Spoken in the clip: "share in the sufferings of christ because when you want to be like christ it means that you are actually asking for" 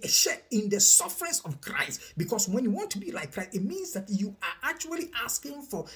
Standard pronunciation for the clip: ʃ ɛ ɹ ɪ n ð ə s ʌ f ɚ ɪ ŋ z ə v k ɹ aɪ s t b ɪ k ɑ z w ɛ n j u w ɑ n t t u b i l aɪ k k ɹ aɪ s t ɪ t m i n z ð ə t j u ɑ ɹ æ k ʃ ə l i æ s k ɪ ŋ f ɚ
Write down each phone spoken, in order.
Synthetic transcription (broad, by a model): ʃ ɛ ɪ n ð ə s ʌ f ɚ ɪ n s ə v k ɹ aɪ s t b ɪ k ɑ s w ɛ n j u w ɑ n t t u b i l aɪ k k ɹ aɪ s t ɪ t m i n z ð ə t j u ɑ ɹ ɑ k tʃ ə l i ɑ s k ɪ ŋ f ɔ